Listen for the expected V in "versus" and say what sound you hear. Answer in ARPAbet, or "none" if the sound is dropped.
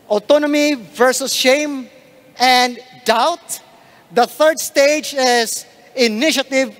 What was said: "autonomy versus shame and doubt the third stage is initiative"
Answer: V